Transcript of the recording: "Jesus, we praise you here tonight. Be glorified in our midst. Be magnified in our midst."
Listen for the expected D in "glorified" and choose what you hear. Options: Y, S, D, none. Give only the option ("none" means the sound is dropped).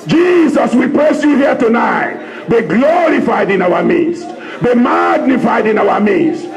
D